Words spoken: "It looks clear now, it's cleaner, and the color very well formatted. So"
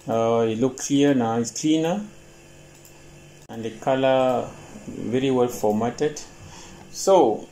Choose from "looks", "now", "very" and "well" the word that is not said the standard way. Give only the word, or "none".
looks